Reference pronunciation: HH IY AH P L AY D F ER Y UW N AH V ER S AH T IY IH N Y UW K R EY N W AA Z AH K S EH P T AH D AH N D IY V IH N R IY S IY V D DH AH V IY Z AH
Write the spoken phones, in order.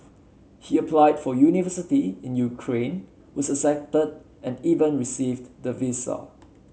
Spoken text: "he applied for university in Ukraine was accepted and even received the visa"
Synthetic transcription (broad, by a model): HH IY AH P L AY D F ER Y UW N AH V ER S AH T IY IH N Y UW K R EY N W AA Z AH S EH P T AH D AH N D IY V IH N R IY S IY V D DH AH V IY S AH